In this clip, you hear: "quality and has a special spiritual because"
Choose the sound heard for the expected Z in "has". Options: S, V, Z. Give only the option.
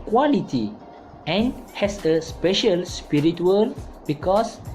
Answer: S